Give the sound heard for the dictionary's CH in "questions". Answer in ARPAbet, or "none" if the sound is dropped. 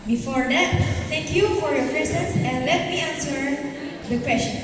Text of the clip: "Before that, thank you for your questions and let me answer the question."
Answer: none